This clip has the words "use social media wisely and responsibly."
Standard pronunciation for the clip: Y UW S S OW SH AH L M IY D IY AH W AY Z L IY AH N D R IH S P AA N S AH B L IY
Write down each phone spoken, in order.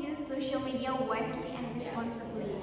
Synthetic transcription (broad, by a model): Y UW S S OW SH AH L M IY D IY AH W AY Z L IY AH N D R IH S P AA N S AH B L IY